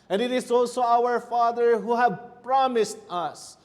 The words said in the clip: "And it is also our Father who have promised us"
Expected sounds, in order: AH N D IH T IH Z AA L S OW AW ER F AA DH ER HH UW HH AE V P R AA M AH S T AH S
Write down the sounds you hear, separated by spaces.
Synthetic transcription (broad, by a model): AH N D IH T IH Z AA L S OW AW ER F AA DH ER HH UW HH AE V P R AA M AH S T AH S